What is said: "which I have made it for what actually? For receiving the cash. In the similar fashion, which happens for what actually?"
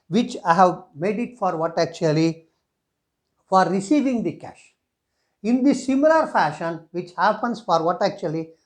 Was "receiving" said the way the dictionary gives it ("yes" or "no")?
yes